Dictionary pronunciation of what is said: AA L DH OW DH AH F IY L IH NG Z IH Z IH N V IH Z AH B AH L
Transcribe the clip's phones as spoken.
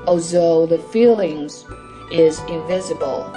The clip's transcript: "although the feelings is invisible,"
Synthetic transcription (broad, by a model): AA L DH OW DH AH F IY L IH NG Z IH Z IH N V IH Z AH B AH L